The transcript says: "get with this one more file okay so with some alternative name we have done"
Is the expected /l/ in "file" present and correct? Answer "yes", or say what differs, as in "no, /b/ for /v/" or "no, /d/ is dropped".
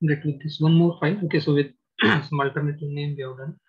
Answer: no, /n/ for /l/